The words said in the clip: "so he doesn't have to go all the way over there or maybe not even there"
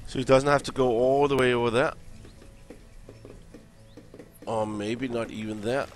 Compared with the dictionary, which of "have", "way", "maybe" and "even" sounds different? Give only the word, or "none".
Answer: have